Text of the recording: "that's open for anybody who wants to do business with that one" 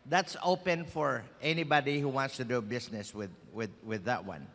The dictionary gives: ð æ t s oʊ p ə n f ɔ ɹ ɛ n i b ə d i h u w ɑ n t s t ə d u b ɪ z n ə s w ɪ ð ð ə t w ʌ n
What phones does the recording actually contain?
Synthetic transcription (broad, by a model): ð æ t s oʊ p ə n f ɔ ɹ ɛ n i b ə d i h u w ɑ n t s t ə d u b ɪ s n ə s w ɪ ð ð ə t w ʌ n